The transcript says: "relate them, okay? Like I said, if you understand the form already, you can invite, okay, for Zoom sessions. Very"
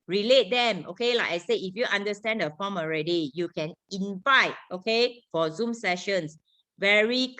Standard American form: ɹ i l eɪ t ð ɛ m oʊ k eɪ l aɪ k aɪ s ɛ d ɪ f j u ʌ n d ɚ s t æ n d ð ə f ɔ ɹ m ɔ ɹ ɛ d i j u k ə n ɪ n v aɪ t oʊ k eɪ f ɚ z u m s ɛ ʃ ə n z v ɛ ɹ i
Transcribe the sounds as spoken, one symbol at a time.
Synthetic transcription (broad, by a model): ɹ i l eɪ t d ɛ m oʊ k eɪ l aɪ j s ɛ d ɪ f j u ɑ n d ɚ s t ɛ n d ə f ɔ m ɔ ɹ ɛ d i j u k ə n ɪ n v aɪ t oʊ k eɪ f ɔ z u m s ɛ ʃ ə n s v ɛ ɹ i